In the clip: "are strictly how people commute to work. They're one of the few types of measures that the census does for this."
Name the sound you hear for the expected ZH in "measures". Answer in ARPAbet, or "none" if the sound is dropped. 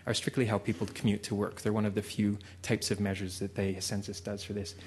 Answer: ZH